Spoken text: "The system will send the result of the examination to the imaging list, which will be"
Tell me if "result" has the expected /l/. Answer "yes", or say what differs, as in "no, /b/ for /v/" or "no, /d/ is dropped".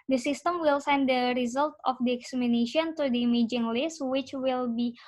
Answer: yes